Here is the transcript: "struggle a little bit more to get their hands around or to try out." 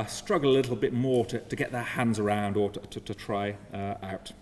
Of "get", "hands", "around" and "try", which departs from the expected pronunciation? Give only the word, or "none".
none